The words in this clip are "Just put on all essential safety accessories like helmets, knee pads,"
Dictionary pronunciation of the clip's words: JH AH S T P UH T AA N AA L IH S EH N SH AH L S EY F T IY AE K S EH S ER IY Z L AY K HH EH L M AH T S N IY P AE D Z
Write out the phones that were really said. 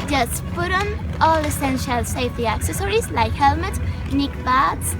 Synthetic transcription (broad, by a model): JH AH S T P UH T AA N AA L IH S EH N SH AH L S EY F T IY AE K S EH S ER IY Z L AY K HH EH L M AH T N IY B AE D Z